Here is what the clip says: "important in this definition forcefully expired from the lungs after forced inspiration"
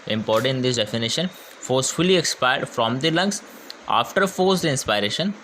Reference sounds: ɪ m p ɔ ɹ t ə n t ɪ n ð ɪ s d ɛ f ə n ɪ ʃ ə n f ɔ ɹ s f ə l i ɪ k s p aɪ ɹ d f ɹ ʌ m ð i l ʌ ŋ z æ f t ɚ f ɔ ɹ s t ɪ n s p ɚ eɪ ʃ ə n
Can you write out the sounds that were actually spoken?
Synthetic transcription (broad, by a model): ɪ m p ɔ ɹ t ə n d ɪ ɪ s d ɛ f ə n ɪ ʃ ə n f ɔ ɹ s f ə l i ɪ k s p aɪ ɹ d f ɹ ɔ m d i l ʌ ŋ s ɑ f t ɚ f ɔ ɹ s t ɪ n s p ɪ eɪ ʃ ə n